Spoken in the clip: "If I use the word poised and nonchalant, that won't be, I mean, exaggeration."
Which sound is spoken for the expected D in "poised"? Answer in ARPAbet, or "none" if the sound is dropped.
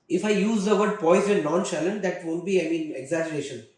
none